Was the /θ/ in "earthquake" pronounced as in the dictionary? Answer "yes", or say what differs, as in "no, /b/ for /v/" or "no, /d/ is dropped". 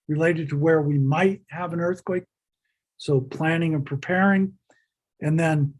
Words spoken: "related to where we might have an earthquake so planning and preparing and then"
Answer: yes